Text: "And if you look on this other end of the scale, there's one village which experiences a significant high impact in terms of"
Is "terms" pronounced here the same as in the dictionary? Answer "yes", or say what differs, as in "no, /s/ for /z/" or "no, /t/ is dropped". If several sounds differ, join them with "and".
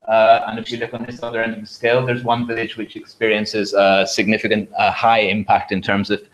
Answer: yes